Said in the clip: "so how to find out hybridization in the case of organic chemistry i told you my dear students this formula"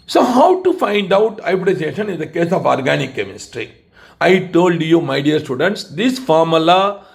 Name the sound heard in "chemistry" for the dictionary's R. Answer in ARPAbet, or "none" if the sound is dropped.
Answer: R